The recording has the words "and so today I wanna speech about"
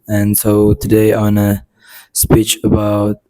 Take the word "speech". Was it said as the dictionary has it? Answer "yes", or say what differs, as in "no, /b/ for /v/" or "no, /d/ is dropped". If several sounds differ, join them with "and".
yes